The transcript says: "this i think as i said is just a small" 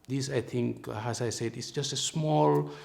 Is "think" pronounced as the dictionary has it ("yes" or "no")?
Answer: no